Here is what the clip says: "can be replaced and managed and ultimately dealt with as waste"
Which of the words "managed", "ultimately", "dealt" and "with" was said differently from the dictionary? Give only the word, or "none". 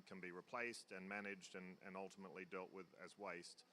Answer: none